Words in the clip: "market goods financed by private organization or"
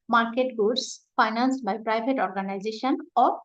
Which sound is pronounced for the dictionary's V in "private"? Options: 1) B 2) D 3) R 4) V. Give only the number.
1